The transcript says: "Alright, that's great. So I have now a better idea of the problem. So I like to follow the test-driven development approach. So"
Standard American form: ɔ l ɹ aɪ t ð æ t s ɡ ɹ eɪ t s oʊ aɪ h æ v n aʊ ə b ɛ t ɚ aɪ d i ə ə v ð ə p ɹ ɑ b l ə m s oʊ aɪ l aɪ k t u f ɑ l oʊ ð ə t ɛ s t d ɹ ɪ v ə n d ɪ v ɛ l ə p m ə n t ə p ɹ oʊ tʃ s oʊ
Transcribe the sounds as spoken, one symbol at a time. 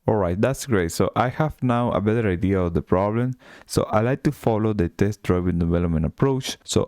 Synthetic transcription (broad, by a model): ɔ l ɹ aɪ t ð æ t s ɡ ɹ eɪ t s oʊ aɪ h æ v n aʊ ə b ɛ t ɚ aɪ d i ə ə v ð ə p ɹ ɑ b l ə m s oʊ aɪ l aɪ k t u f ɑ l oʊ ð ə t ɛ s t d ɹ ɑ b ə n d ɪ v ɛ l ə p m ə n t ə p ɹ oʊ tʃ s oʊ